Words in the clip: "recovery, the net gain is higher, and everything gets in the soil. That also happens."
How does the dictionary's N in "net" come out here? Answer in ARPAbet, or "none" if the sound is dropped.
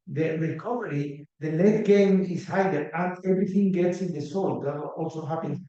L